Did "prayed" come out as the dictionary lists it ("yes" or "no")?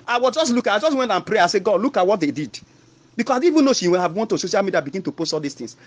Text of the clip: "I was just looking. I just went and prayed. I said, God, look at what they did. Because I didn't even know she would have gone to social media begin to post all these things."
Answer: no